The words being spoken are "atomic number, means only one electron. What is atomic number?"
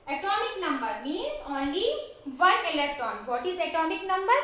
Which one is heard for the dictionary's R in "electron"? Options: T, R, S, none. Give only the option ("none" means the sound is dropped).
none